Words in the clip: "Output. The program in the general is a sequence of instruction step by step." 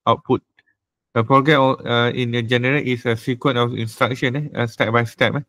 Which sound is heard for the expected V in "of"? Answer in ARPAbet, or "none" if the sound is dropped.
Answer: F